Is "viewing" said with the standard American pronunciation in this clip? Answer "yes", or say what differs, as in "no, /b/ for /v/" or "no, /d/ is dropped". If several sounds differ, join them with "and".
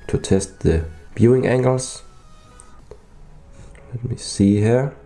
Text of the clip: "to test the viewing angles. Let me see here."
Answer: no, /b/ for /v/